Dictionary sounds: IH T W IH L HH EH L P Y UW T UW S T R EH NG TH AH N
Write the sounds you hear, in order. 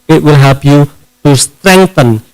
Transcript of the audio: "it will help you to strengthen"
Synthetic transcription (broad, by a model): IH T W IH L HH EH P Y UW T UW S T R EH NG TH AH N